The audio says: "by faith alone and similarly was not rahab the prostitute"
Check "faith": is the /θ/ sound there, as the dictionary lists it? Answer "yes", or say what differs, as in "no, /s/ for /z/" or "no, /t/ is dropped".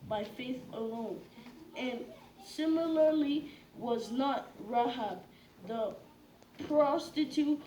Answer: yes